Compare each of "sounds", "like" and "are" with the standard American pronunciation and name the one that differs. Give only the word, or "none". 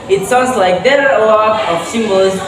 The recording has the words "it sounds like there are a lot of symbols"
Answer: none